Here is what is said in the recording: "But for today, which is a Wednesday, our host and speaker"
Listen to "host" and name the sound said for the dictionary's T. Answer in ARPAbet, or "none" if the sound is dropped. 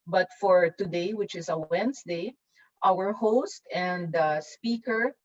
T